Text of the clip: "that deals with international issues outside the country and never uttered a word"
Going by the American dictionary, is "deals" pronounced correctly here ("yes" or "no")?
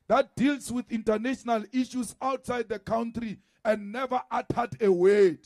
no